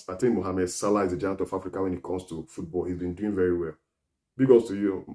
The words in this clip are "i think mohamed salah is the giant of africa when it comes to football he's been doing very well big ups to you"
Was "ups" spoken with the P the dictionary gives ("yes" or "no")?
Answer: no